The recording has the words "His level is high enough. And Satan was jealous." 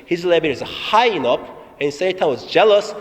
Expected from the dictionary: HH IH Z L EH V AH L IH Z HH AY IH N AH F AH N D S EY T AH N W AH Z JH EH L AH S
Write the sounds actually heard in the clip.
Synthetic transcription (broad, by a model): HH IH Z L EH B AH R IH Z HH AY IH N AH P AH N S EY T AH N W AH Z JH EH L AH S